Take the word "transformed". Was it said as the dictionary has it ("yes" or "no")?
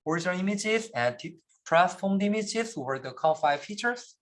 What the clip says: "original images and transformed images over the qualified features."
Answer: no